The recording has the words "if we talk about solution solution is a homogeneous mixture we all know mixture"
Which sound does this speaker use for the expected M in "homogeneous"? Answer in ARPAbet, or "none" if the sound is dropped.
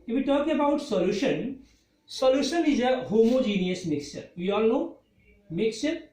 M